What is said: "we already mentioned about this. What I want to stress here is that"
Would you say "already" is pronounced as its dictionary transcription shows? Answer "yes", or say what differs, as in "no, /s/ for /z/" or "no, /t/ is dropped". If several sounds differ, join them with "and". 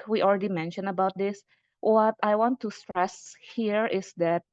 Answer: yes